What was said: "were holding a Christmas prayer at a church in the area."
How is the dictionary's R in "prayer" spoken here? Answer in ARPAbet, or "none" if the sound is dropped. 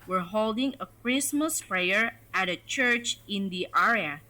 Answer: R